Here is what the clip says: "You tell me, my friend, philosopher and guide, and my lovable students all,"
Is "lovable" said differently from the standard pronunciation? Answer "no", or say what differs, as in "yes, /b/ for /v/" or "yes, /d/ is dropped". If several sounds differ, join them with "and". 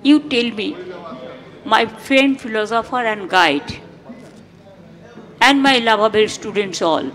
yes, /b/ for /v/